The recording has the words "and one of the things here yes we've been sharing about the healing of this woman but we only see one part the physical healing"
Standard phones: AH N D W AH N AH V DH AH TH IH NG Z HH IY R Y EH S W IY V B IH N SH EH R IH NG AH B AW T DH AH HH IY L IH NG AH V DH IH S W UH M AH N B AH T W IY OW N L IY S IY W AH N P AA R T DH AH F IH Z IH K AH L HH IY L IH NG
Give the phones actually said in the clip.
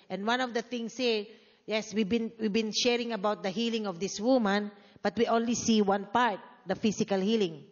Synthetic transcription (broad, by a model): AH N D W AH N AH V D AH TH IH NG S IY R Y EH S W IY V B IH N SH EH R IH NG AH B AW T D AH HH IY L IH NG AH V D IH S W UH M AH N B AH T W IY OW N L IY S IY W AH N P AA R T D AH F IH S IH K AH L HH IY L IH NG